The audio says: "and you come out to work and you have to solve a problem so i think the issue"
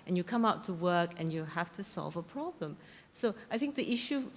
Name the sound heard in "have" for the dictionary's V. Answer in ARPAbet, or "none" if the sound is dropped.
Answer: F